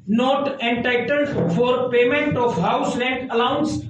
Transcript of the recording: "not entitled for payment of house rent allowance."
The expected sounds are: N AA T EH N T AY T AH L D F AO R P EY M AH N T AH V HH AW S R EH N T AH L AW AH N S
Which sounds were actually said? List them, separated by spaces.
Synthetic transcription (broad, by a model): N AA T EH N T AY T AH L F AO R P EY M AH N T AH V HH AW S L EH N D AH L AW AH N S